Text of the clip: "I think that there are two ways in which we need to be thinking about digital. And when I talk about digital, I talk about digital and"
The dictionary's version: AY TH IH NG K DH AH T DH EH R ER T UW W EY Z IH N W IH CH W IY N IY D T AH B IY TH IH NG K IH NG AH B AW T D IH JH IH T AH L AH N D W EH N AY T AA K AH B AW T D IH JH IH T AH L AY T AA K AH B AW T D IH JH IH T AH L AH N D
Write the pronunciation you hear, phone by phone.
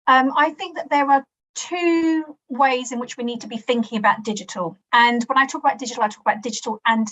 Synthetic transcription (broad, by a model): AY TH IH NG K DH AH T DH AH R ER T UW W EY Z IH N W IH CH W IY N IY D T AH B IY TH IH NG K IH NG AH B AW T D IH JH IH T AH L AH N W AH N AY T AA K AH B AW T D IH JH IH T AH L AY T AA K AH B AW T D IH JH IH T AH L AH N